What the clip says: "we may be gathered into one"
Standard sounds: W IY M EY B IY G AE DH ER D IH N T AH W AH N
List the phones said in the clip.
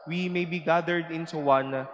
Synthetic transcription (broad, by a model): W IY M EY B IY G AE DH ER D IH N S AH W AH N